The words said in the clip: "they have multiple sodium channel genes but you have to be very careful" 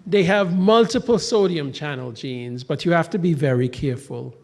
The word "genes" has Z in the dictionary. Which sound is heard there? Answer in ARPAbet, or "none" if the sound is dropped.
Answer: Z